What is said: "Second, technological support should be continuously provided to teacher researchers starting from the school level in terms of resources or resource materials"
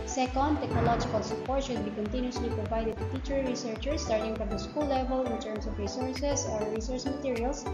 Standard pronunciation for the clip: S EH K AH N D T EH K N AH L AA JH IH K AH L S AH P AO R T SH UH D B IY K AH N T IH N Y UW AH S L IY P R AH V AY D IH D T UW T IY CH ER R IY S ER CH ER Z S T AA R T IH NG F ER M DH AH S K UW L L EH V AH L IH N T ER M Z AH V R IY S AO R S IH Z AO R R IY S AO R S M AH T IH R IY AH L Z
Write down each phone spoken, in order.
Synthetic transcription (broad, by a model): S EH K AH N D T EH K N AH L AA JH IH K AH L S AH P AO R T SH UH D B IY K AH N T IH N Y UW S L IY P R AH V AY D IH D T UW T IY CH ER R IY S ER CH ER S T AA R T IH NG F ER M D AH S K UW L L EH V AH L IH N T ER M S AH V R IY S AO R S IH S AO R R IY S AO R S M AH T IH R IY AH L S